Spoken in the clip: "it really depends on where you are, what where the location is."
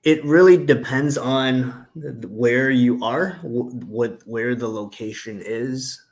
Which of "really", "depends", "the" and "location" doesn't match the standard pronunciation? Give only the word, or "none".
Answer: none